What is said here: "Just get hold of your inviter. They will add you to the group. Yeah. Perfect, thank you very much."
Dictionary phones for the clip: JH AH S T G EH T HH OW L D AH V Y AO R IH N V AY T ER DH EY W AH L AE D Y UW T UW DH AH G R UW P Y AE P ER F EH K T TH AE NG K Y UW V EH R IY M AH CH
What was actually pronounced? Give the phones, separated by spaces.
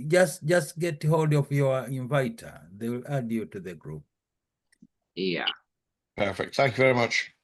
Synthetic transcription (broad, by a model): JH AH S T G EH T HH OW L D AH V Y AO R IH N V AY T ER DH EY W L AE D Y UW T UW DH AH G R UW P Y AE P ER F EH K T TH AE NG K Y UW V EH R IY M AH CH